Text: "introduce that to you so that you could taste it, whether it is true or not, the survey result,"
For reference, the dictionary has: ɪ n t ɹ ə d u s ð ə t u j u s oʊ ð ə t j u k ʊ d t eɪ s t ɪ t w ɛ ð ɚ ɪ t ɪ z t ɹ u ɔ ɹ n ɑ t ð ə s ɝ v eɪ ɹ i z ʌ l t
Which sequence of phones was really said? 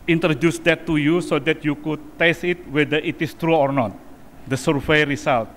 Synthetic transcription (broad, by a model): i n t ɹ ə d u s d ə t u j u s oʊ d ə t j u k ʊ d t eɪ s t ɪ t w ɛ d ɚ ɪ t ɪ s t ɹ u ɔ ɹ n ɑ t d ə s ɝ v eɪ ɹ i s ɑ l t